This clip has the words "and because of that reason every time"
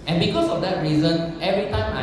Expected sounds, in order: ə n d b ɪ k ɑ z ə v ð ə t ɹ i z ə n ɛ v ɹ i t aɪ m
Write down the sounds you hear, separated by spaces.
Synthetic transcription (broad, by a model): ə n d b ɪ k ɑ s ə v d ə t ɹ i z ə n ɛ v ɹ i t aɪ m